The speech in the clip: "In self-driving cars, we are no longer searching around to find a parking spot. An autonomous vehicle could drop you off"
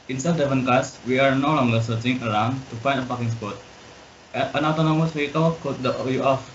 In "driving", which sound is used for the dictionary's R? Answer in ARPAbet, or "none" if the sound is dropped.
none